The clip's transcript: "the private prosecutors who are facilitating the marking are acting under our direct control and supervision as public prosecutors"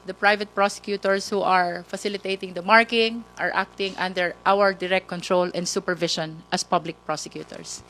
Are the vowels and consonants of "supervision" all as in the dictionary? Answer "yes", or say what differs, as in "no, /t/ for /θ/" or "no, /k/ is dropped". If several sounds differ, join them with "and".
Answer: no, /ʃ/ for /ʒ/